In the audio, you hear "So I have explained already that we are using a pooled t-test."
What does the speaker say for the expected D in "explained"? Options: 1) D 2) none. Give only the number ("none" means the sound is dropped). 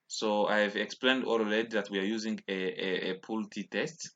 1